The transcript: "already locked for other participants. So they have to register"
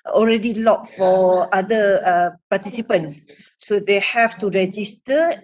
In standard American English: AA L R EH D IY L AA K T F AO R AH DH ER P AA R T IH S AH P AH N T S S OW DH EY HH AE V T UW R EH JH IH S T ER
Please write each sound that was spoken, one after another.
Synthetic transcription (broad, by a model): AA L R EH D IY L AA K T F AO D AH ER P AA T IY S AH P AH N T S S OW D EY HH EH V T UW R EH JH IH S T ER